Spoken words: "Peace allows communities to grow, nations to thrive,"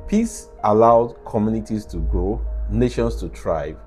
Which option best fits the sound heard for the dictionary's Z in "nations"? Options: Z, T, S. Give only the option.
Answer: S